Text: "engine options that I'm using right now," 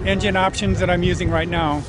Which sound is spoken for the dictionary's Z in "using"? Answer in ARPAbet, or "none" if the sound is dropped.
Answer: Z